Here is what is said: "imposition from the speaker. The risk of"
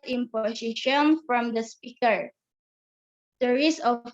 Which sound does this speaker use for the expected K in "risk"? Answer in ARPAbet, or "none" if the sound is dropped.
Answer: none